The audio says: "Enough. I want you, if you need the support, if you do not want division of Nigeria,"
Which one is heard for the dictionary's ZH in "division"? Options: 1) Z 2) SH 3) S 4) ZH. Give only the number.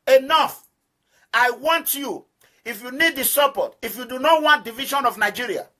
2